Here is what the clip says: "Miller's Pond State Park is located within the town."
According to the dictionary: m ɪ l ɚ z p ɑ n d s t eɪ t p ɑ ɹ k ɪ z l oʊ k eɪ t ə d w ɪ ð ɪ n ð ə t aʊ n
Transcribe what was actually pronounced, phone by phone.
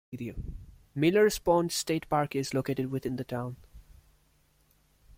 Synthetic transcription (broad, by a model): m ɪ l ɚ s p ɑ n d s t eɪ t p ɑ ɹ k ɪ z l oʊ k eɪ t ə d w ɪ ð ɪ n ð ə t aʊ n